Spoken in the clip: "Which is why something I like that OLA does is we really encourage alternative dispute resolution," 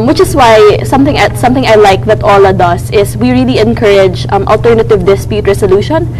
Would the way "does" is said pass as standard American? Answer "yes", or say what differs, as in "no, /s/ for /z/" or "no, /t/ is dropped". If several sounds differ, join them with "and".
no, /s/ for /z/